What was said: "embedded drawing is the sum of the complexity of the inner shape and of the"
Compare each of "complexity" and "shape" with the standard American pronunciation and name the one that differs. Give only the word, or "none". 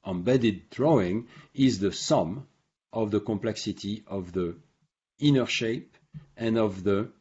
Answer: none